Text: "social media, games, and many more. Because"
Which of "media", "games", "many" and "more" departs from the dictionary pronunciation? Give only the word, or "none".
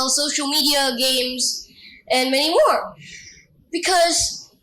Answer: none